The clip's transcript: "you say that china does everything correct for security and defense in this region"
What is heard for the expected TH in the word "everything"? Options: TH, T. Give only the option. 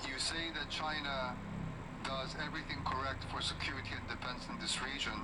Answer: TH